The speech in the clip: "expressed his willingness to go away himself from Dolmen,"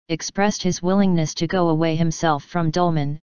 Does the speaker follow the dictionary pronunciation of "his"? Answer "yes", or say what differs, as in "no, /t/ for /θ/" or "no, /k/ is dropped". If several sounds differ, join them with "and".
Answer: yes